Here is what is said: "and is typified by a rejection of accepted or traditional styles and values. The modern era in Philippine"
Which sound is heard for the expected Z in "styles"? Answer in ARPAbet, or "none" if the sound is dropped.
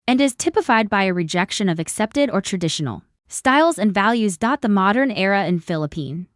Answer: Z